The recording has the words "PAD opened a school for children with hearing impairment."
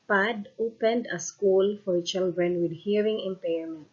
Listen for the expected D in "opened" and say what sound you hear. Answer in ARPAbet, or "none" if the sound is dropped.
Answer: D